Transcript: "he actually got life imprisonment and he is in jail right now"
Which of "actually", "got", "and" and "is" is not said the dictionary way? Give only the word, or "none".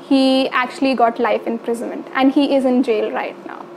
none